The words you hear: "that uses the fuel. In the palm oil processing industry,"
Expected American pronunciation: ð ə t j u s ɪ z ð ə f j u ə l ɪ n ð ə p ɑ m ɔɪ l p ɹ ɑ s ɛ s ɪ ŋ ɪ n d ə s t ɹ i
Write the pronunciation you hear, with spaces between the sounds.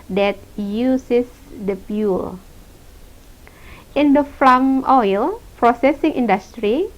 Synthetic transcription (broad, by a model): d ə t j u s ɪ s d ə p j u l ɪ n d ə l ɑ m ɔɪ l p ɹ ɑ s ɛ s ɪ ŋ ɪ n d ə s t ɹ i